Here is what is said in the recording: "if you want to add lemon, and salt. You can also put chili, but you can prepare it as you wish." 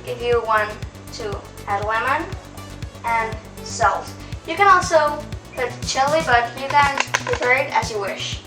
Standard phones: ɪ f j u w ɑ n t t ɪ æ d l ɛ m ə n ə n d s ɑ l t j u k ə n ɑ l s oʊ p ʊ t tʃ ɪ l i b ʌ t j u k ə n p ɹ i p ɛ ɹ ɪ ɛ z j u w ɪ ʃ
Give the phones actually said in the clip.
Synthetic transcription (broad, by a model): ɪ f j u w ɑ n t t ɪ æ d w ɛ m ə n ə n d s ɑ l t j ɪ k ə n ɑ l s oʊ p ʊ t tʃ ɪ l i b ʌ t j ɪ k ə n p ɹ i ɪ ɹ ɪ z j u w ɪ ʃ